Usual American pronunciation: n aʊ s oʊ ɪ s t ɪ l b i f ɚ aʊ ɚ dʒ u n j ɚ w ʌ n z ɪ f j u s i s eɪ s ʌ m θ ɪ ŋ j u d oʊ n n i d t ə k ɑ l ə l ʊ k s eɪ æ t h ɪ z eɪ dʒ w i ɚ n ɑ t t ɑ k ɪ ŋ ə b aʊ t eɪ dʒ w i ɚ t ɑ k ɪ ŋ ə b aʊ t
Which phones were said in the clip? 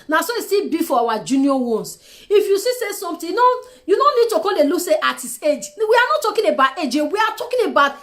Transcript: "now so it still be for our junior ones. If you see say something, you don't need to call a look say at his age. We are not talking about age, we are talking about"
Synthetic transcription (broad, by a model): n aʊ s oʊ ɪ s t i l b i f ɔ aʊ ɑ dʒ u n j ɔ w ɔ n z ɪ f j u s i s eɪ s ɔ m t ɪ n j u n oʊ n n i d t ə k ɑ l ə l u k s eɪ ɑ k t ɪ s eɪ dʒ w i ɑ n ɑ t t ɑ k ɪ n ə b aʊ t eɪ dʒ w i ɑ t ɑ k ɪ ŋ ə b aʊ t